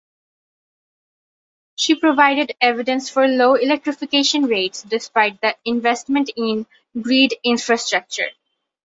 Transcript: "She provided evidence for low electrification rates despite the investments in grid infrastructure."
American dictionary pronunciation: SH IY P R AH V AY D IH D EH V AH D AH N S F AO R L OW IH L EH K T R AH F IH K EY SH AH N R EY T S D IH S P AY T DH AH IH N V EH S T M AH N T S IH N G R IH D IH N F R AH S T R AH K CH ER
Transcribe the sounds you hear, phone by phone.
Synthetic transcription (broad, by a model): SH IY P R AH V AY D IH D EH V AH D AH N S F AO R L OW IH L EH K T R AH F IH K EY SH AH N R EY T S D IH S P AY T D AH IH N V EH S T M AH N T IH N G R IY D IH N F R AH S T R AH K CH ER